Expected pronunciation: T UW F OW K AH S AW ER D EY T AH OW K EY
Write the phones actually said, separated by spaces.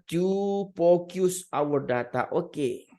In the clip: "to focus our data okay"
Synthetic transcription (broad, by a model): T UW P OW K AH S AW ER D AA T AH OW K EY